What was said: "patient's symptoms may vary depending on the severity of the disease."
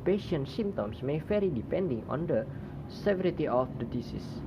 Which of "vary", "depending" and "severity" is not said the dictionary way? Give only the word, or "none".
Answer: vary